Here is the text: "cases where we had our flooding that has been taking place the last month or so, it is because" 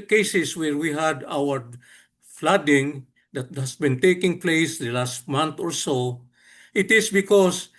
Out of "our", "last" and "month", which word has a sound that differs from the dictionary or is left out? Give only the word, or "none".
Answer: month